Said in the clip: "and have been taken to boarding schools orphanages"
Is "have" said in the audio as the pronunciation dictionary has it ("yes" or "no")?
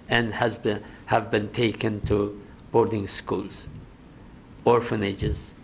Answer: yes